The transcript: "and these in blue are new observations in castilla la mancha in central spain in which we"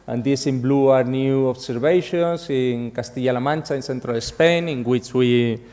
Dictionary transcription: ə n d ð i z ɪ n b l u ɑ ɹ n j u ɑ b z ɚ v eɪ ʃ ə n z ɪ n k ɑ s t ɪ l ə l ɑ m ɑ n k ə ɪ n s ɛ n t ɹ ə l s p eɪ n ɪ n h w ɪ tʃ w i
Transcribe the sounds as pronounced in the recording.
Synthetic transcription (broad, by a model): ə n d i s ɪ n b l u ɑ ɹ n j u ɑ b s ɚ b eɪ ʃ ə n s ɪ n k ɑ s t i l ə l ɑ m ɑ n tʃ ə ɪ n s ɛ n t ɹ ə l s p eɪ n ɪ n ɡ w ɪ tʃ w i